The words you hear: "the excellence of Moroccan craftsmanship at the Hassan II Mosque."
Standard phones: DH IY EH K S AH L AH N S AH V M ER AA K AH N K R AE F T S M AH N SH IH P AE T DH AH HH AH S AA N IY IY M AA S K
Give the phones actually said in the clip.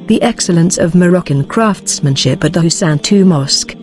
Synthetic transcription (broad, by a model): DH IY EH K S AH L AH N S AH V M ER AA K AH N K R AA F T S M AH N SH IH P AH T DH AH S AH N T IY M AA S K